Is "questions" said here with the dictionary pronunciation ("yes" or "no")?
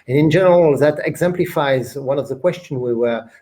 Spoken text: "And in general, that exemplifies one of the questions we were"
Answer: no